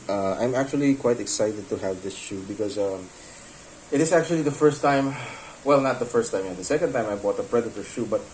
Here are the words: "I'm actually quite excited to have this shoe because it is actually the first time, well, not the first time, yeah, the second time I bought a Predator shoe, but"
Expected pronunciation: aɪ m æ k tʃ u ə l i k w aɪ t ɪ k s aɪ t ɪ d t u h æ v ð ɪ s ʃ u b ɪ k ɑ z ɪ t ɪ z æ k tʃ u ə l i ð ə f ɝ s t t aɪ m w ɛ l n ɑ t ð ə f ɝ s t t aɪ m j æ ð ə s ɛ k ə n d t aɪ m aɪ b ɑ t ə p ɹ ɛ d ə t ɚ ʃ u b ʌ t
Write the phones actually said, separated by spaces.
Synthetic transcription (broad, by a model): aɪ m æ k tʃ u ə l i k w aɪ t ɪ k s aɪ t ɪ d t u h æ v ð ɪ s ʃ u b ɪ k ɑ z ɪ t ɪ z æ k tʃ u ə l i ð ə f ɝ s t t aɪ m w ɛ l n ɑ t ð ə f ɝ s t t aɪ m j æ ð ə s ɛ k ə n d t aɪ m aɪ b ɑ t ə p ɹ ɛ d ə t ɚ ʃ u b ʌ t